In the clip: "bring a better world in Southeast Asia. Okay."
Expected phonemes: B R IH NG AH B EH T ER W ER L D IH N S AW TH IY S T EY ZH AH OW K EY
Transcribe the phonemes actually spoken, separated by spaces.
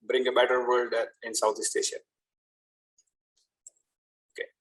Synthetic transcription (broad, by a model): B R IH NG AH B EH T ER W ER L D IH N S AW T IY S T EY SH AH OW K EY